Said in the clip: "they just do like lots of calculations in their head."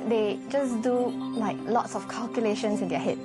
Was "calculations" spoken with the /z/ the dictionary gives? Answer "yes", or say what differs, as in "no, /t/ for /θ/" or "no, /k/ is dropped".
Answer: no, /s/ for /z/